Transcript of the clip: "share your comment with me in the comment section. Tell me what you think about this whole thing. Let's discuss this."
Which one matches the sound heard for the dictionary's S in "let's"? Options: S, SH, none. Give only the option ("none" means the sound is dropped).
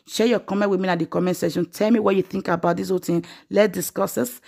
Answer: none